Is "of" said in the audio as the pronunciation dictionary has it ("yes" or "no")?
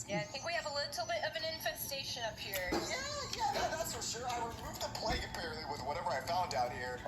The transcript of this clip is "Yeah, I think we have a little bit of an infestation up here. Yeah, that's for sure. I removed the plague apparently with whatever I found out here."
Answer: yes